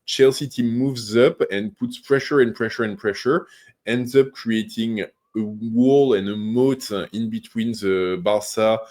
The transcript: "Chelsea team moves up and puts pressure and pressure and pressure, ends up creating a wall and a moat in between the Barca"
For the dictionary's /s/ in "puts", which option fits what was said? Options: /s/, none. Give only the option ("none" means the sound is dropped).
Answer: /s/